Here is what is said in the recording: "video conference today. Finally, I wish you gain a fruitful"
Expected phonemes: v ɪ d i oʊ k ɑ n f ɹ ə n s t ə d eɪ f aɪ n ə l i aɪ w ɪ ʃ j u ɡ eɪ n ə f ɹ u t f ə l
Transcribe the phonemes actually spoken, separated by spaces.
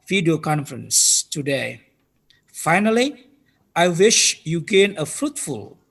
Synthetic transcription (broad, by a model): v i d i oʊ k ɑ n f ɹ ə n s t ə d eɪ f aɪ n ə l i aɪ w ɪ ʃ j u ɡ eɪ n ə f ɹ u t f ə l